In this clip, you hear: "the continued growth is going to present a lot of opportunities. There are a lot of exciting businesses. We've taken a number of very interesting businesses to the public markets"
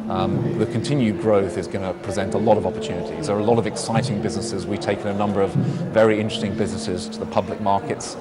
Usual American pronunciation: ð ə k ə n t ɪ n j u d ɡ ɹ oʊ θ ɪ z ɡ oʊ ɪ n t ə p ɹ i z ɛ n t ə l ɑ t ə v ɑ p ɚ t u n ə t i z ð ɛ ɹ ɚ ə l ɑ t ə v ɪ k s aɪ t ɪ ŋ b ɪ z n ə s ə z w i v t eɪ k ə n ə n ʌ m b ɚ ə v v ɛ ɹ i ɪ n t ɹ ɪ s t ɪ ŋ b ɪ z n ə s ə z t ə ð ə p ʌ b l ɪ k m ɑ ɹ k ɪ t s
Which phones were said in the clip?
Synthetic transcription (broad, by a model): ð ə k ə n t ɪ n j u d ɡ ɹ oʊ θ ɪ z ɡ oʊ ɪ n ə p ɹ i z ɛ n t ə l ɑ t ə v ɑ p ɚ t u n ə t i z ð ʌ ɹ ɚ ə l ɑ t ə v ɪ k s aɪ t ɪ ŋ b ɪ z n ə s ə z w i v t eɪ k ə n ə n ʌ m b ɚ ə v v ɛ ɹ i ɪ n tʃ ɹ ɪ s t ɪ ŋ b ɪ z n ə s ə z t ə ð ə p ʌ b l ɪ k m ɑ ɹ k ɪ t s